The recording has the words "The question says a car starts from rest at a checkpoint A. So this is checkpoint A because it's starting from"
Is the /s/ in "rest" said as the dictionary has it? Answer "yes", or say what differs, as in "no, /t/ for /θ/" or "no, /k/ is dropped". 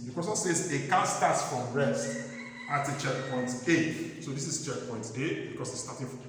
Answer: yes